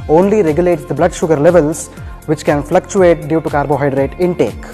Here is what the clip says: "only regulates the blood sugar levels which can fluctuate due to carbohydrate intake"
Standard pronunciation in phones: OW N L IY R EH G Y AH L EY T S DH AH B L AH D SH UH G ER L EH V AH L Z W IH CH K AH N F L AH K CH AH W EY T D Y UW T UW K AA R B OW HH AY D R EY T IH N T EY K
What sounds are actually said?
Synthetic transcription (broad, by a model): OW N L IY R EH G Y AH L EY T S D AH B L AH D SH UH G ER L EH V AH L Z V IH CH K AH N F L AH K CH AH EY T D Y UW T UW K AA R B OW HH AY D R EY T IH N T EY K